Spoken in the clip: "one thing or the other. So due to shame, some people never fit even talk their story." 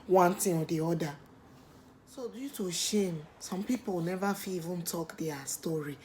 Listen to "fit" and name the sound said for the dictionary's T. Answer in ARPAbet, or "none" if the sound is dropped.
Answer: none